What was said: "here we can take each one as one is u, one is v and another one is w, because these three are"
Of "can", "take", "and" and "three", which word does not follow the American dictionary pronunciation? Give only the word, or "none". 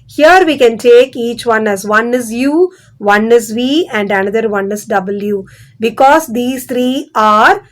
three